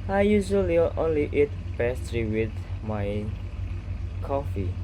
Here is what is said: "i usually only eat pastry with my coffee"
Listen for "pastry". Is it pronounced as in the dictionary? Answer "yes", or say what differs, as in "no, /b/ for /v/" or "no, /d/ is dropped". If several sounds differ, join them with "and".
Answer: no, /b/ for /p/